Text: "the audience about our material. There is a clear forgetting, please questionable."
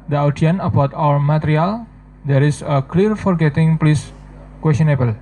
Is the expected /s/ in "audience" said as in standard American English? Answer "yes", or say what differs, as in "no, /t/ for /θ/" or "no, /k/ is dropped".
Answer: no, /s/ is dropped